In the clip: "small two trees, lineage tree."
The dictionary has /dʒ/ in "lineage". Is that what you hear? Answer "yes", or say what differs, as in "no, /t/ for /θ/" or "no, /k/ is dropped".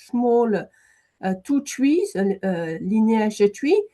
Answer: no, /ʒ/ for /dʒ/